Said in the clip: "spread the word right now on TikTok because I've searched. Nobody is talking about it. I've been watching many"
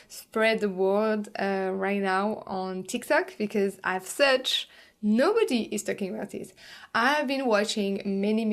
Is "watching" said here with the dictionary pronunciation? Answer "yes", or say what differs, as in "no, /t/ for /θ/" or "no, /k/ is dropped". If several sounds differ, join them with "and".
yes